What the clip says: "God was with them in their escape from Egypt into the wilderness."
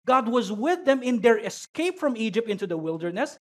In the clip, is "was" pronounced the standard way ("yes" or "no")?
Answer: yes